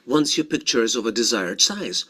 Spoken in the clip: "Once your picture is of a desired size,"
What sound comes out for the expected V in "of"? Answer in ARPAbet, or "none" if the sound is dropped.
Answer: V